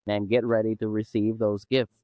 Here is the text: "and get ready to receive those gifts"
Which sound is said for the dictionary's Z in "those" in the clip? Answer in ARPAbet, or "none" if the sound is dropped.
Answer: Z